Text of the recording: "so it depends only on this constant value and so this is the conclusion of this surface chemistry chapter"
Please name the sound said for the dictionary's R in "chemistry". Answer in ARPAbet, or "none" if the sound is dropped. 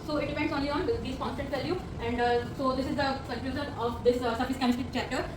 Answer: none